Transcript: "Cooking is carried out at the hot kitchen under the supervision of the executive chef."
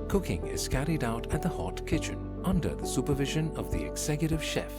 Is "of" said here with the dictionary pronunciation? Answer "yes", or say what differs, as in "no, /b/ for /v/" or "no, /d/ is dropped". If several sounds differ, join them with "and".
yes